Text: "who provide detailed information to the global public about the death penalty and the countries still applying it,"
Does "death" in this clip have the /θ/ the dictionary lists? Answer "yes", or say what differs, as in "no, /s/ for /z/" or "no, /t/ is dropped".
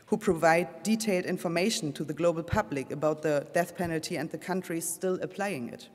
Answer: yes